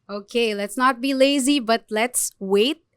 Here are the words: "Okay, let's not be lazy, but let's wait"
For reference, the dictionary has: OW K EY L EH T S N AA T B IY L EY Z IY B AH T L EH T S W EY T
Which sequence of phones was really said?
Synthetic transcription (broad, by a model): OW K EY L EH T S N AA T B IY L EY Z IY B AH T L EH T S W EY T